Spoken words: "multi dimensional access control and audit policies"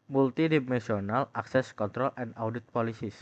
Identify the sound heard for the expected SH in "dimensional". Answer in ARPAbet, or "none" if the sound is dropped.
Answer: S